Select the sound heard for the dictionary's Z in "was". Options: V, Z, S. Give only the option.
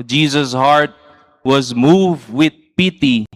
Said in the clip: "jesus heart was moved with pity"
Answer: Z